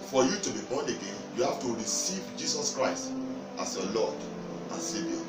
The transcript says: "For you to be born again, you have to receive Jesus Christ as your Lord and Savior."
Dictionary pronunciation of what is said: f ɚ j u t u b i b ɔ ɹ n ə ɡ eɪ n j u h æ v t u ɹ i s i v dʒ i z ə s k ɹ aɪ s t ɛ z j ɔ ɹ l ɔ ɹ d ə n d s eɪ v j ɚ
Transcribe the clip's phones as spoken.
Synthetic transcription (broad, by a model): f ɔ j u t u b i b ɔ n ə ɡ eɪ n j u h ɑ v t u ɹ i s i v dʒ i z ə s k ɹ aɪ s t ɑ s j ɔ l ɔ d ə n s eɪ v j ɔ